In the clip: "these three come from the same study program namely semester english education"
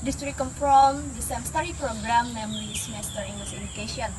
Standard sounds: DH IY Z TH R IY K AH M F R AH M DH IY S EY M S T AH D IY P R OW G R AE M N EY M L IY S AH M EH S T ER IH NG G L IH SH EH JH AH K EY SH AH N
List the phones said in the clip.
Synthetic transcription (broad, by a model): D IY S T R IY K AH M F R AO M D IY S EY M S T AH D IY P R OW G R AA M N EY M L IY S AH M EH S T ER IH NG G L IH S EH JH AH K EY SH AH N